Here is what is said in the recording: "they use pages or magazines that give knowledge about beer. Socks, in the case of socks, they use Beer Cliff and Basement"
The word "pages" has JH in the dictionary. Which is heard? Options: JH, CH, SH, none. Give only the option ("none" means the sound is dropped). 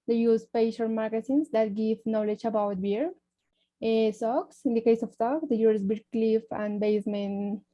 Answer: SH